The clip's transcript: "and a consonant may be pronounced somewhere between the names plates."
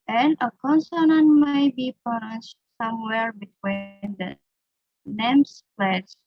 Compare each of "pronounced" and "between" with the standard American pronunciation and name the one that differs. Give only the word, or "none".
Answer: pronounced